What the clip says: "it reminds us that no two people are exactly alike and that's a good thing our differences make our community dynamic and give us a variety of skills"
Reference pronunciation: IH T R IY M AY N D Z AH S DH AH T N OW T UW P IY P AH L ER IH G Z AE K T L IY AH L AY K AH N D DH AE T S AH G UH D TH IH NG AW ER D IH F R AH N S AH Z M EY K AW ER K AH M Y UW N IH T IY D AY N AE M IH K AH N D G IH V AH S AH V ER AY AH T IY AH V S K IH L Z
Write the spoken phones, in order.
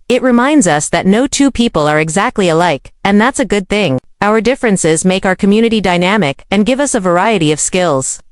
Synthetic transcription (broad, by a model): IH T R IY M AY N D Z AH S DH AH T N OW T UW P IY P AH L ER IH G Z AE K T L IY AH L AY K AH N DH AE T S AH G UH D TH IH NG AW ER D IH F R AH N S AH Z M EY K AW ER K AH M Y UW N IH T IY D AY N AE M IH K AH N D G IH V AH S AH V ER AY AH T IY AH V S K IH L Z